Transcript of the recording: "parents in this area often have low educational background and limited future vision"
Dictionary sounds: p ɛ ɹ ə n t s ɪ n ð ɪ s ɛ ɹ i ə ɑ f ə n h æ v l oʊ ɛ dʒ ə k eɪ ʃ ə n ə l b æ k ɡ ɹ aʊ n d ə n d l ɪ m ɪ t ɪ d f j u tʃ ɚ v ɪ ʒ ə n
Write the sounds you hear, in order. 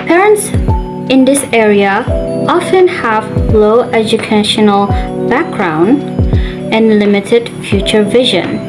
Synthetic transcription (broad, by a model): p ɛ ɹ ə n t s ɪ n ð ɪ s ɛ ɹ i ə ɑ f ə n h æ v l oʊ ɛ dʒ ə k eɪ ʃ ə n ə l b æ k ɡ ɹ aʊ n d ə n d l ɪ m ɪ t ɪ d f j u tʃ ɚ v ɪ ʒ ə n